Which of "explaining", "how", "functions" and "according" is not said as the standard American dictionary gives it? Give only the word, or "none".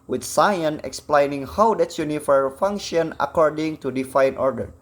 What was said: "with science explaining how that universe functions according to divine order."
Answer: functions